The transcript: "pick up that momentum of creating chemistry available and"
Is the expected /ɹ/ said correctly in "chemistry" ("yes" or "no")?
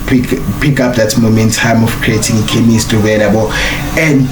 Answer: no